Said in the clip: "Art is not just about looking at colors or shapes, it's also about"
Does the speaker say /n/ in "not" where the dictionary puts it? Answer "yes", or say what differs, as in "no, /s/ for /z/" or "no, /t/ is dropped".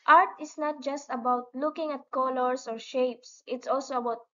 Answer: yes